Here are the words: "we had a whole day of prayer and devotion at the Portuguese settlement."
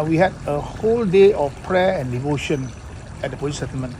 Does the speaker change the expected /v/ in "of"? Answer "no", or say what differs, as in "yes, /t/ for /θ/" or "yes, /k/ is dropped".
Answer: yes, /f/ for /v/